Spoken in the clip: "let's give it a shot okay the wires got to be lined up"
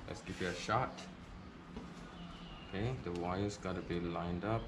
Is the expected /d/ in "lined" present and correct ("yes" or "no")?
yes